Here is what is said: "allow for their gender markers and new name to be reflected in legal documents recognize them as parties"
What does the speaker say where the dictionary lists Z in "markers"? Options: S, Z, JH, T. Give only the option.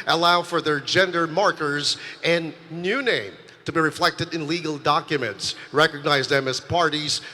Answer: Z